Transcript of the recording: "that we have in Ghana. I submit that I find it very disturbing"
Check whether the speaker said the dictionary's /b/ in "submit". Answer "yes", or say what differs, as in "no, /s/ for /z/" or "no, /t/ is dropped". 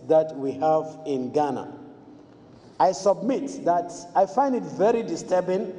yes